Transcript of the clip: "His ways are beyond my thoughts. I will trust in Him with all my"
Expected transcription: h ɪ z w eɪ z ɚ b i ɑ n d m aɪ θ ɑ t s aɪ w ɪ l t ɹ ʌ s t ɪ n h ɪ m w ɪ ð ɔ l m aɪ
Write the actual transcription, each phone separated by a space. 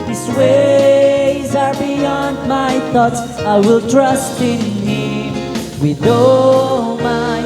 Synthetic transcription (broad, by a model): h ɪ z w eɪ z ɚ b i ɑ n d m aɪ θ ɑ t s aɪ w ɪ l t ɹ ʌ s t ɪ n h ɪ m w ɪ ð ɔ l m aɪ